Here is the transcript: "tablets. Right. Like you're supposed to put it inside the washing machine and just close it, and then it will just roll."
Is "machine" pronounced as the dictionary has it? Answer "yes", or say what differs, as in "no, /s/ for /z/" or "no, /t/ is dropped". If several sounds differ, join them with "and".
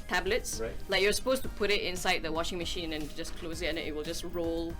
yes